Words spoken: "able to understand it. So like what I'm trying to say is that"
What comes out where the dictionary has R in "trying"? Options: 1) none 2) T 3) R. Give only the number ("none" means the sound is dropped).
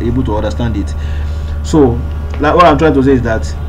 3